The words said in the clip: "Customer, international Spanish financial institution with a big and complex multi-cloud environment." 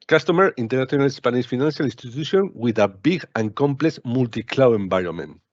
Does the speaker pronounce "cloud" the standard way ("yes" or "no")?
no